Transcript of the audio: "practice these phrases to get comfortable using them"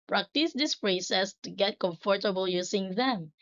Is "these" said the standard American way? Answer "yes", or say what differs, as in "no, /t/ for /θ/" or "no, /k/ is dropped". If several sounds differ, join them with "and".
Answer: no, /s/ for /z/